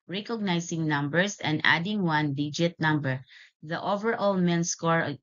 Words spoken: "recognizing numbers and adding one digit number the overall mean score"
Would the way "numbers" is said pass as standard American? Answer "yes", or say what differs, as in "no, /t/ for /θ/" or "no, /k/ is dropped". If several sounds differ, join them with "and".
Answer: no, /s/ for /z/